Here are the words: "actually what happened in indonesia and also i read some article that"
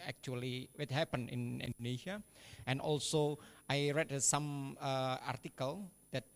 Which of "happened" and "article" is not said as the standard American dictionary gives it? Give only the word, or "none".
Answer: happened